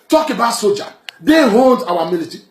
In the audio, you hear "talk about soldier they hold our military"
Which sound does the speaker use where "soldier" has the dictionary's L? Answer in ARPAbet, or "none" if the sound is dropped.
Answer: none